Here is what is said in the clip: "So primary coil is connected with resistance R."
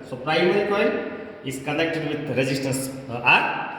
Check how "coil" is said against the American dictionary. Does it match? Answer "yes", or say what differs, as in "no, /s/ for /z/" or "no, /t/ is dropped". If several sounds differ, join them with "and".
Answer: no, /n/ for /l/